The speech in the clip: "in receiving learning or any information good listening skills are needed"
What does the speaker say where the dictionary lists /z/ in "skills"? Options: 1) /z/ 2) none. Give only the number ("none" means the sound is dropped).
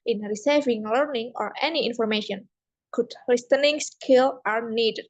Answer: 2